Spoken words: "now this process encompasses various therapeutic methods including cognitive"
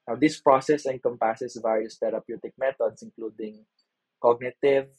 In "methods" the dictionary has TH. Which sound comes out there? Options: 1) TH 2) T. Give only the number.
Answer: 2